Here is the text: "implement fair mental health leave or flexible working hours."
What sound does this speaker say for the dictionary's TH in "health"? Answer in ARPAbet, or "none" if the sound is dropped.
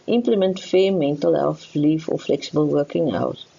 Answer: F